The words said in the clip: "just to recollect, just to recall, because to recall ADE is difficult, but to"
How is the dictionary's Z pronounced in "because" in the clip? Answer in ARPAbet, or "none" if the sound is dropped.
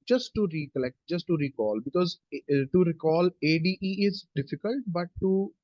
Z